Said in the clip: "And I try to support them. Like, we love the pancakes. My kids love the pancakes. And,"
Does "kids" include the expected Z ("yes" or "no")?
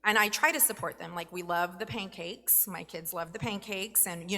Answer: yes